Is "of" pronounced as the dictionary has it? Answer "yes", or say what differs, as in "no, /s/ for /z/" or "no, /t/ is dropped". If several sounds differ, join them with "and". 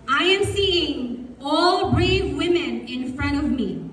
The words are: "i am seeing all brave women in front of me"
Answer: yes